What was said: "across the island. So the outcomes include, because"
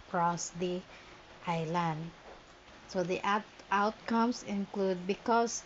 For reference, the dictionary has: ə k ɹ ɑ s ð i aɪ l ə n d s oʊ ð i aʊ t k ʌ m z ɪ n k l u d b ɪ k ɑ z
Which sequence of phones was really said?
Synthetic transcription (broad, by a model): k ɹ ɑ s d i aɪ l ə n d s oʊ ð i aʊ t k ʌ m s ɪ n k l u d b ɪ k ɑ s